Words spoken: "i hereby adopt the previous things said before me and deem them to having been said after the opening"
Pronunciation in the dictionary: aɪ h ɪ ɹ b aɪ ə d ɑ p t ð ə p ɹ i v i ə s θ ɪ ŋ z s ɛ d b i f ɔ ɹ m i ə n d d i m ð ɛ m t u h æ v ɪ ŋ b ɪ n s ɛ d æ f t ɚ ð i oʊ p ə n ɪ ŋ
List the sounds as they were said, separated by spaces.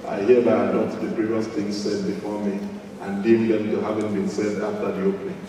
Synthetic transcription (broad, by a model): aɪ h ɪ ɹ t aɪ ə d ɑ t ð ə p ɹ i v i ə s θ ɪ ŋ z s ɛ d b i f ɔ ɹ m i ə n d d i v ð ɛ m t u h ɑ v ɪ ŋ b ɪ n s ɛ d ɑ f t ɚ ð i oʊ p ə n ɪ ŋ